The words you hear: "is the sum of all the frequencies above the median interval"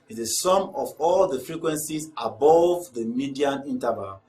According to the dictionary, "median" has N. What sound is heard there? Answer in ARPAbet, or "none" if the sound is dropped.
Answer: N